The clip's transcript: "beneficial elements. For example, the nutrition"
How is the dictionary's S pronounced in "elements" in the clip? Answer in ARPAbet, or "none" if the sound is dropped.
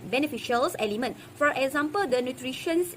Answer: none